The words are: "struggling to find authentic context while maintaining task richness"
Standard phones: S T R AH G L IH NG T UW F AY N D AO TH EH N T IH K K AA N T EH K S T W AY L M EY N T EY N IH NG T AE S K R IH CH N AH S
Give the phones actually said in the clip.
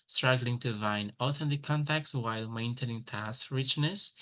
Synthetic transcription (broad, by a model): S T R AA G L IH NG T UW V AY N AO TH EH N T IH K K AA N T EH K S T W AY L M EY N T EY N IH NG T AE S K R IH CH N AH S